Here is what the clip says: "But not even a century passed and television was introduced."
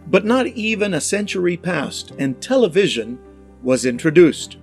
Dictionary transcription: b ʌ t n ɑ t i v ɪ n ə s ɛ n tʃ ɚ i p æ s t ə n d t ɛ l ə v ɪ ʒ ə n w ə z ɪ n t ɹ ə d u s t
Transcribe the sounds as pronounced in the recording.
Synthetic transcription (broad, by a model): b ʌ t n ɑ t i v ɪ n ə s ɛ n tʃ ɚ i p æ s t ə n t ɛ l ə v ɪ ʒ ə n w ə z ɪ n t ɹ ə d u s t